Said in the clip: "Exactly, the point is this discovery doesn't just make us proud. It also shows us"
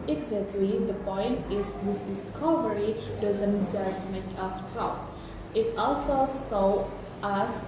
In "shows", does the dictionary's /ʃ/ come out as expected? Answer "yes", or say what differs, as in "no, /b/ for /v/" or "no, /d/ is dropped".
no, /s/ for /ʃ/